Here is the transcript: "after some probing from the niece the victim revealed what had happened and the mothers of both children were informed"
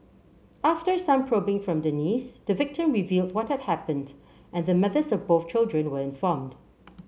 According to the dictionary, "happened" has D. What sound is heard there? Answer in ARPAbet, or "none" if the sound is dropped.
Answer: D